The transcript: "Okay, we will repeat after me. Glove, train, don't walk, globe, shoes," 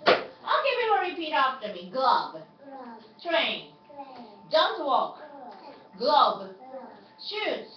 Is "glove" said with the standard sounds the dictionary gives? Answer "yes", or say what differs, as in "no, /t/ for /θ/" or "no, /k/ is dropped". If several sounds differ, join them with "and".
no, /b/ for /v/